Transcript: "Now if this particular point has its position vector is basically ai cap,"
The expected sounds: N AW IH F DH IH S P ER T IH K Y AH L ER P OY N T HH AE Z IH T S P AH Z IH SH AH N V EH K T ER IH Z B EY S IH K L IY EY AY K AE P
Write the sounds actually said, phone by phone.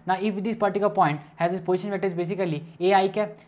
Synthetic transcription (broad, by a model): N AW IH F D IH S P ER T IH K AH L P OY N T HH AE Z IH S P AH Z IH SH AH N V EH T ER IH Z B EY S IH K L IY EY AY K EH